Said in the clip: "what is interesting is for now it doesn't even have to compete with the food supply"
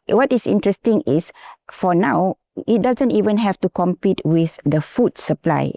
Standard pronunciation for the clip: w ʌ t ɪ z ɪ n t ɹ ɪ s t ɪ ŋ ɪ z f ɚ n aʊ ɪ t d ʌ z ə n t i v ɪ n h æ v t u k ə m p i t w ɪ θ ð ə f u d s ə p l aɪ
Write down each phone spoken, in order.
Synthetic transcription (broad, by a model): w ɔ t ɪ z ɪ n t ɹ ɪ s t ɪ ŋ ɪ s f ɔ n aʊ ɪ t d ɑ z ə n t i v ɪ n h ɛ f t u k ə m p i t w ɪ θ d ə f u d s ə p l aɪ